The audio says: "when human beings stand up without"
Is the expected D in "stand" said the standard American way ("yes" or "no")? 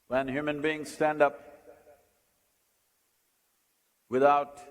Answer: yes